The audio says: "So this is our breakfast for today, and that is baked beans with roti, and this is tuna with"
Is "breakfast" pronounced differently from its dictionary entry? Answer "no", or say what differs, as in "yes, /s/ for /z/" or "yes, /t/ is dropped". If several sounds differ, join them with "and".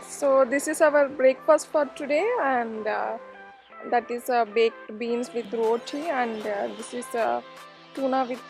yes, /p/ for /f/